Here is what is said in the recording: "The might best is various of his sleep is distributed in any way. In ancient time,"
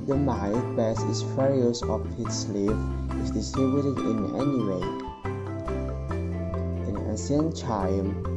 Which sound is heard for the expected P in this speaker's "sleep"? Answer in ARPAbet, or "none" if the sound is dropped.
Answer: F